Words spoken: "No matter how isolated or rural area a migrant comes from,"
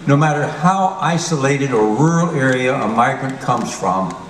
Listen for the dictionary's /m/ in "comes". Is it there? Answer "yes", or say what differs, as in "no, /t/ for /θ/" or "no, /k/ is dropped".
yes